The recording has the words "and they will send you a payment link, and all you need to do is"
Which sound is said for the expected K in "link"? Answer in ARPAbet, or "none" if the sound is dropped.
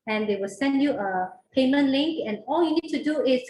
K